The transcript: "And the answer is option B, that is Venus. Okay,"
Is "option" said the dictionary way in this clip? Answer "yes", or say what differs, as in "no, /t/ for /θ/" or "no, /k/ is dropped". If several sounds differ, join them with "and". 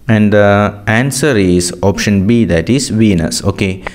yes